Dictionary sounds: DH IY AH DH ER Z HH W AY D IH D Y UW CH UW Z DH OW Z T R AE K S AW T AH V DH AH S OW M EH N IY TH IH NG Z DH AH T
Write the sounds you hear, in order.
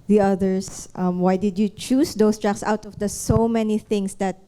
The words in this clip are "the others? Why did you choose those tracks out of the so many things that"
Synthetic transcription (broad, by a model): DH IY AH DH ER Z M W AY D IH D Y UW CH UW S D OW S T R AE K S AW T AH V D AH S OW M EH N IY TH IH NG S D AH T